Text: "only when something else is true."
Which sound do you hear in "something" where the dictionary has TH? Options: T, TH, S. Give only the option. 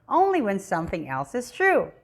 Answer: TH